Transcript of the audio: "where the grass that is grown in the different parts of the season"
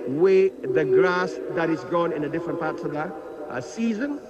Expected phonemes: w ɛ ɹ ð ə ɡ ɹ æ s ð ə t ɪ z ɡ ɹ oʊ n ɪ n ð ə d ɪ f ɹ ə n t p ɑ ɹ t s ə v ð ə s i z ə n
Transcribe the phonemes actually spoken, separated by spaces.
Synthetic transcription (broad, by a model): w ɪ ð ə ɡ ɹ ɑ s ð ə t ɪ z ɡ oʊ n ɪ n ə d ɪ f ɹ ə n p ɑ ɹ t s ə v ð ə s i z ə n